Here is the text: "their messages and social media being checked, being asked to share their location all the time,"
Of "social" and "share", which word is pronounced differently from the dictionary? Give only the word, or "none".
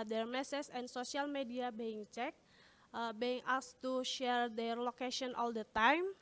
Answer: social